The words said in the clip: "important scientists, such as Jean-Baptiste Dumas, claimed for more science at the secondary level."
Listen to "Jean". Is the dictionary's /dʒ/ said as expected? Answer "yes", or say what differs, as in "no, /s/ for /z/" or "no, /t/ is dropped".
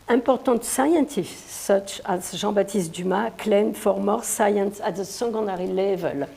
no, /ʒ/ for /dʒ/